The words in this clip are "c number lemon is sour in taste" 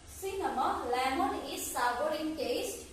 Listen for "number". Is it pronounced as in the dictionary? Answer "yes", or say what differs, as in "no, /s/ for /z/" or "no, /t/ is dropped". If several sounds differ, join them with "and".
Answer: no, /b/ is dropped